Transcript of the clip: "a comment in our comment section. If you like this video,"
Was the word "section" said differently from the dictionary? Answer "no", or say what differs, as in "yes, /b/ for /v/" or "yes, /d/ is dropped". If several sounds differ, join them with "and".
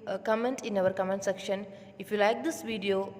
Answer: no